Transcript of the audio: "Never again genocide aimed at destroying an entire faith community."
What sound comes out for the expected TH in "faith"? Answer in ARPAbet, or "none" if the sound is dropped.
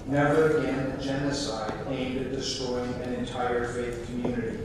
TH